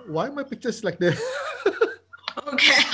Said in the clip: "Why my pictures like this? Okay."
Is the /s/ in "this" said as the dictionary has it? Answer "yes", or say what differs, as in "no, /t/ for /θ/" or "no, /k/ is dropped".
no, /s/ is dropped